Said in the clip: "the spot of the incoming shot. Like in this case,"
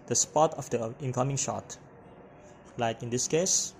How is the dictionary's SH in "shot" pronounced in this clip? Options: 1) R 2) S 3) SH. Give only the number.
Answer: 3